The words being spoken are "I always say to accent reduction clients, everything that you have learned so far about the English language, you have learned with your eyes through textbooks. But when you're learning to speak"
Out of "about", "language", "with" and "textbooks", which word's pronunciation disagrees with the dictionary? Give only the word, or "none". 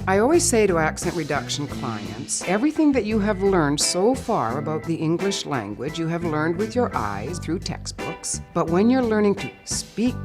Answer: none